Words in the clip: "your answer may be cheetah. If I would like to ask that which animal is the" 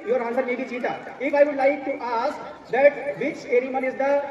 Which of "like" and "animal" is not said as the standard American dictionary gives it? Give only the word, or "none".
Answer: animal